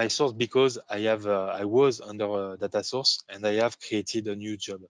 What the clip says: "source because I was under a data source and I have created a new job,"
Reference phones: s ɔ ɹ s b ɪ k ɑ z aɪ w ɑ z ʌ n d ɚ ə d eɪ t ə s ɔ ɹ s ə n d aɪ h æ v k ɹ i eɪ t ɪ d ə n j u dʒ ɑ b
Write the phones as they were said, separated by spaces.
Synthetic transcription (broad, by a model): s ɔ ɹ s b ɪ k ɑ z aɪ w ɑ z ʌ n d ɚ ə d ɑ t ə s ɔ ɹ s ə n d aɪ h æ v k ɹ i eɪ t ɪ d ə n j u dʒ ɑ b